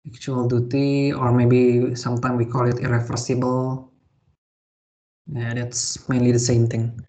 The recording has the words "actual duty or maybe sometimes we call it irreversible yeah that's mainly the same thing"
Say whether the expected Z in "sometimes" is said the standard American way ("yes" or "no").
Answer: no